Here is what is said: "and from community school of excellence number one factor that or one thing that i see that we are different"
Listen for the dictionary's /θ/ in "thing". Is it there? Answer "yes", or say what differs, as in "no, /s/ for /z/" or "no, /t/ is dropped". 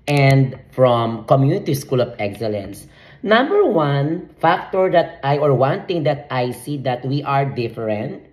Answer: no, /t/ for /θ/